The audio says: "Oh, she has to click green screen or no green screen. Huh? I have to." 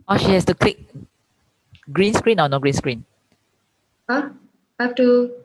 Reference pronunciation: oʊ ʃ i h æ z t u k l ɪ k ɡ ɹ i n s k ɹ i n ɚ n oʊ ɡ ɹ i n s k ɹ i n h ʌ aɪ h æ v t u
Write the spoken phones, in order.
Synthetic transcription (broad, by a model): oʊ ʃ i h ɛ s t u k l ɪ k ɡ ɹ i n s k ɹ i n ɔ n oʊ ɡ ɹ i n s k ɹ i n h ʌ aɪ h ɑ f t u